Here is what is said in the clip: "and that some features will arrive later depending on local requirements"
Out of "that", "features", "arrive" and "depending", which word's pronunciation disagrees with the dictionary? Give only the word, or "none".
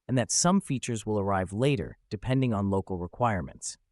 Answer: none